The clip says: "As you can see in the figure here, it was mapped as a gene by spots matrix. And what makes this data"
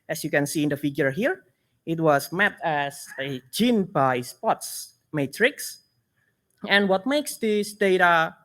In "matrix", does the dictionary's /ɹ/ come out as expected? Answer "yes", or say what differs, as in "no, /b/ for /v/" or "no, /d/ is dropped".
yes